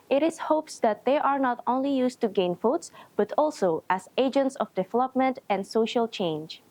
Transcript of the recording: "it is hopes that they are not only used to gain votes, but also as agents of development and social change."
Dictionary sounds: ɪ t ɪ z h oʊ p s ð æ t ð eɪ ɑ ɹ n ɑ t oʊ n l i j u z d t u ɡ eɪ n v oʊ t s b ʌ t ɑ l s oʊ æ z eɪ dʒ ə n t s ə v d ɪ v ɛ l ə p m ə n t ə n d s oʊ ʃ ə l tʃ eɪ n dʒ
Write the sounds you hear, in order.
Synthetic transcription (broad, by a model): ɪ t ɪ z h oʊ p s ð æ t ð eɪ ɑ ɹ n ɑ t oʊ n l i j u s t u ɡ eɪ n f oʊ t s b ʌ t ɑ l s oʊ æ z eɪ dʒ ə n t s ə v d ɪ v ɛ l ə p m ə n t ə n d s oʊ ʃ ə l tʃ eɪ n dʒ